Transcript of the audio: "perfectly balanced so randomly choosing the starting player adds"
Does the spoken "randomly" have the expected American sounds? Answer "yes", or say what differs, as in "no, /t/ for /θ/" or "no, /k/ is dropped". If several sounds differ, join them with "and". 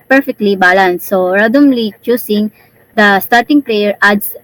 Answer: no, /n/ is dropped